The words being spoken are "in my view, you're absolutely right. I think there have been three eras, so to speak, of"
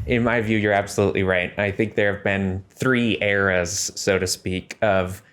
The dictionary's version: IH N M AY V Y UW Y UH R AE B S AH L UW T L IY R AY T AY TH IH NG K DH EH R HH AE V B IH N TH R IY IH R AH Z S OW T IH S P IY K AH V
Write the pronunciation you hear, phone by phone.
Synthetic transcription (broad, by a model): IH N M AY V Y UW Y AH R AE B S AH L UW T L IY R AY T AY TH IH NG K DH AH R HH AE V B IH N TH R IY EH R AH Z S OW T IH S P IY K AH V